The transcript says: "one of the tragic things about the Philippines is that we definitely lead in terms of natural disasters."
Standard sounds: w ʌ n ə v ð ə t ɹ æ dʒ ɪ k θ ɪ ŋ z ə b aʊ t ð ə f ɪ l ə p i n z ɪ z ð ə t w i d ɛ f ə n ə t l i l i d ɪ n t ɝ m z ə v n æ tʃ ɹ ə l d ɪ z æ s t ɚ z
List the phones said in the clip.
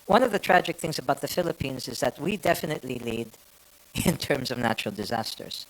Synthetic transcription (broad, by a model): w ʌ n ə v ð ə t ɹ æ dʒ ɪ k θ ɪ ŋ z ə b aʊ t ð ə f ɪ l ə p i n z ɪ z ð ə t w i d ɛ f ə n ə t l i l i d ɪ n t ɝ m z ə v n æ tʃ ɹ l d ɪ z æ s t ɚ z